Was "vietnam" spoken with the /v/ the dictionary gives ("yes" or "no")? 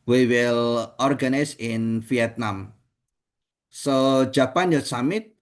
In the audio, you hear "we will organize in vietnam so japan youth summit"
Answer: no